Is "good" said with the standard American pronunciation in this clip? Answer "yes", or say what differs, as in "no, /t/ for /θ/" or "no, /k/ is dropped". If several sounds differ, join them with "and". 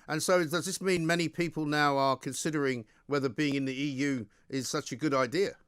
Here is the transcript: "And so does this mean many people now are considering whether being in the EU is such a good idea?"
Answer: yes